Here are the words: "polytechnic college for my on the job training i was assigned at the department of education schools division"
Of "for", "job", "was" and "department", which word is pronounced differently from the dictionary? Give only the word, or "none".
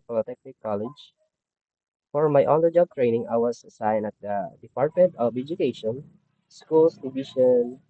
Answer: was